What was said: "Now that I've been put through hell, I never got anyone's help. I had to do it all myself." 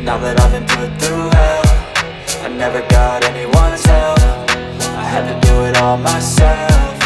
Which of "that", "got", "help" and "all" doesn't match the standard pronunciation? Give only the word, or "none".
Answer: help